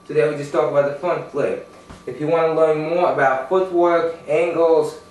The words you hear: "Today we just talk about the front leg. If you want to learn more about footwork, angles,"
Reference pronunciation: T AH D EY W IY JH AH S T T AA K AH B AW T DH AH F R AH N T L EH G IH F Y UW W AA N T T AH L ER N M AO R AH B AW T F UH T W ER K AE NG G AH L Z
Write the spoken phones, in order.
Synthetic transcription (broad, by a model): T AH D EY W IY JH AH S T T AA K AH B AW T DH AH F AH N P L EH IH F Y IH W AA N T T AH L ER N M AO R AH B AW T F UH T W ER K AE NG G L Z